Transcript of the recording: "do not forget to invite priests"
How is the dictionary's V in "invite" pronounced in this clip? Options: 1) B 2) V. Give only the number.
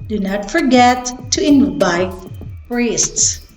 1